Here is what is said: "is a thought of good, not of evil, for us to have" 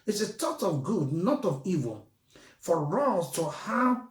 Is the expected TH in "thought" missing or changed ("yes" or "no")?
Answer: yes